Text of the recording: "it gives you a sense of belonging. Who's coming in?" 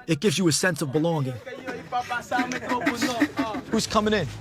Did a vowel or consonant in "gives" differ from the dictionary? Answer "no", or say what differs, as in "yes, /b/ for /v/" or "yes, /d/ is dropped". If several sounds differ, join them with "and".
no